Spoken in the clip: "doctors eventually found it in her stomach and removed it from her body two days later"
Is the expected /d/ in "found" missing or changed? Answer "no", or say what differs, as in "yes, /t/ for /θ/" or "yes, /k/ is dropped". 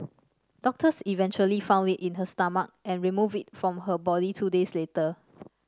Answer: no